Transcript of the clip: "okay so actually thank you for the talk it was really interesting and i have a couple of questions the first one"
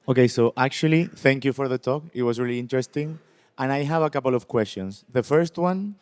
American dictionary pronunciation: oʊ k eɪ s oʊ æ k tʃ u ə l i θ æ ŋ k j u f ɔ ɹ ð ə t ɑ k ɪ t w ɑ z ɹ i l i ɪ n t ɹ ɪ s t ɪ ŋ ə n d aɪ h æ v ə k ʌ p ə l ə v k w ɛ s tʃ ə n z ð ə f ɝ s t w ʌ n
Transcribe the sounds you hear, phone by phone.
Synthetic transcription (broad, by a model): oʊ k eɪ s oʊ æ k tʃ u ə l i θ æ ŋ k j u f ɔ ɹ ð ə t ɑ k ɪ t w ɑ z ɹ i l i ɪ n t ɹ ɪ s t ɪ ŋ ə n aɪ h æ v ə k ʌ p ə l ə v k w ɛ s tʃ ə n s ð ə f ɝ s t w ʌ n